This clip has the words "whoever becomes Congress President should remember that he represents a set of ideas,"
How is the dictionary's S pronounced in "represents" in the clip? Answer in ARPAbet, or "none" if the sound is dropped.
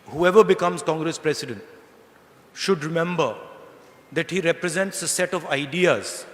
S